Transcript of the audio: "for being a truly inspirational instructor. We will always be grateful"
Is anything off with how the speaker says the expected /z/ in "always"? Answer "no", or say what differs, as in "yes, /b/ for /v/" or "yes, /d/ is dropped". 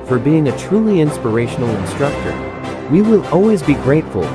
no